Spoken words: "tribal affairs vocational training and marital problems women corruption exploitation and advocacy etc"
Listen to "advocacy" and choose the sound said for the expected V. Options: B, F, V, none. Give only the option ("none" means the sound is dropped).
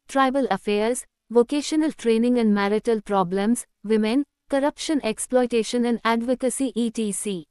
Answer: V